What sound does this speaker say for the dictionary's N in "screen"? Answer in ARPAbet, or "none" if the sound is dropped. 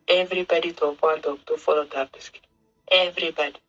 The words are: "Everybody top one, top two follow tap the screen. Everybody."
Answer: none